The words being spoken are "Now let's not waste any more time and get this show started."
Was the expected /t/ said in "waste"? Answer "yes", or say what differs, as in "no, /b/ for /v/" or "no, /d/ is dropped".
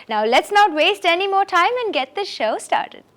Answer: yes